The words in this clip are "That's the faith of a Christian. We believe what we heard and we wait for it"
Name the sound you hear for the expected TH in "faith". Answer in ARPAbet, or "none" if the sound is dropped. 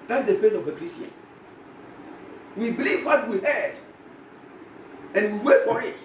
S